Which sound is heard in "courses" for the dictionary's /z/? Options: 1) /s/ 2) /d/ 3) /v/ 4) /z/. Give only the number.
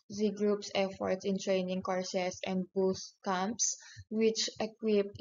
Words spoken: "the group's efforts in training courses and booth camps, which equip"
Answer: 1